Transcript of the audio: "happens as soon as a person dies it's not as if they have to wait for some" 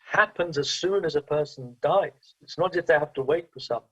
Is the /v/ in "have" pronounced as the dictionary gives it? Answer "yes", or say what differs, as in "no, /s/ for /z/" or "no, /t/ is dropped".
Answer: no, /f/ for /v/